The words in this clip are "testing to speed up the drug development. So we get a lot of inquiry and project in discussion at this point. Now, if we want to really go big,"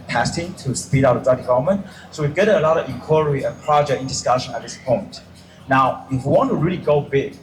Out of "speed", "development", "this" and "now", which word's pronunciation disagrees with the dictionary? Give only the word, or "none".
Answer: development